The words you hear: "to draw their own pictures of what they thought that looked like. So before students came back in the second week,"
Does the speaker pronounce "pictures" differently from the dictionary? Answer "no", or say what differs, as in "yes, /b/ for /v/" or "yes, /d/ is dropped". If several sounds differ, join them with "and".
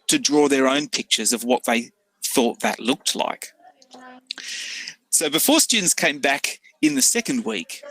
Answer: no